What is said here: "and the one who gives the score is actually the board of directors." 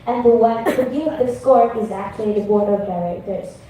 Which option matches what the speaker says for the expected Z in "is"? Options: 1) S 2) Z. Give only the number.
2